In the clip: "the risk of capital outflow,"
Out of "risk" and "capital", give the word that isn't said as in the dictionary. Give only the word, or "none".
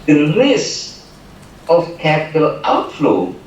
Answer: risk